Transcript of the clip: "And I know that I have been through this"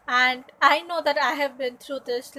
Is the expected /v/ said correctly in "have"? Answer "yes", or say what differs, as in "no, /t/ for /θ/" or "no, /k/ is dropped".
yes